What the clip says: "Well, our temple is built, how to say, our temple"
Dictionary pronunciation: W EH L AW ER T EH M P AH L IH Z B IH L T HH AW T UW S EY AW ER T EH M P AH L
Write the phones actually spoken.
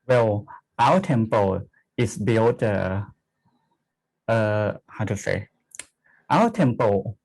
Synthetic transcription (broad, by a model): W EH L AW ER T EH M P AH L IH S B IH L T HH AW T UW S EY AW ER T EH M P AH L